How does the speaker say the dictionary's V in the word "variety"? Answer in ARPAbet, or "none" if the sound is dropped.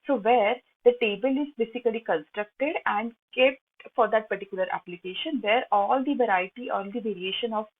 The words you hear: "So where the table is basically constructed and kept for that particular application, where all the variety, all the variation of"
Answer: V